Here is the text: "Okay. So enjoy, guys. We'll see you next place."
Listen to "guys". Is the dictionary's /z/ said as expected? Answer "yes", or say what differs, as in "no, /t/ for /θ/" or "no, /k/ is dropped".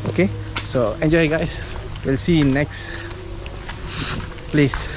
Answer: no, /s/ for /z/